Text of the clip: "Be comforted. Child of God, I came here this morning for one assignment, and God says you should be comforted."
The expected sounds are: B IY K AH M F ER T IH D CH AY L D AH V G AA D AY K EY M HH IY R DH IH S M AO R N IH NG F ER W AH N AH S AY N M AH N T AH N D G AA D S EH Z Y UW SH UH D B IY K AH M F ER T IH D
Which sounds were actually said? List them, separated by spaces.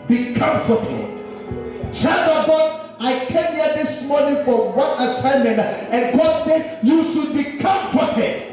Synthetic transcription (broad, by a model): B IY K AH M F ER T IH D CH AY D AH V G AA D AY K EY M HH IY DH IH S M AO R N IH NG F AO W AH N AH S AY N M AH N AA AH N G AA D S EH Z Y UW SH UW D B IY K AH M F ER T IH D